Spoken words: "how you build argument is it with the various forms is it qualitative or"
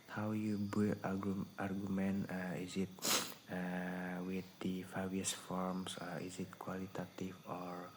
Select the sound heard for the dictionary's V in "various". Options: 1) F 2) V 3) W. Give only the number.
1